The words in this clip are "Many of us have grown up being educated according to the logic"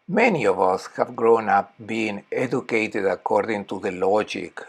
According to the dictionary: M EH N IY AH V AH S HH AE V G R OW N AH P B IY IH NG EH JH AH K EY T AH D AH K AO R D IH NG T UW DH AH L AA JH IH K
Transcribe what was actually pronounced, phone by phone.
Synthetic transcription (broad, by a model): M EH N IY AH V AH S HH AE V G R OW N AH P B IY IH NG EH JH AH K EY T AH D AH K AO R D IH NG T UW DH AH L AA JH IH K